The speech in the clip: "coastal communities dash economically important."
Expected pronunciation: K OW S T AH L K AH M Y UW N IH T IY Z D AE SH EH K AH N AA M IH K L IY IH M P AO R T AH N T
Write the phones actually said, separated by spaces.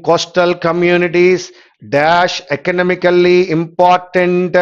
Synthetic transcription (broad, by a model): K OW S T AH L K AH M Y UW N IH T IY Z D AE SH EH K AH N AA M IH K L IY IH M P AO R T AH N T